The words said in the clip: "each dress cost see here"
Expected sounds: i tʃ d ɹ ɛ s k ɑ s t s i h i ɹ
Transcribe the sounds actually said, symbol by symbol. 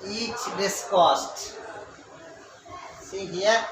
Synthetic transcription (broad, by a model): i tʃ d ɪ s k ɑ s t s i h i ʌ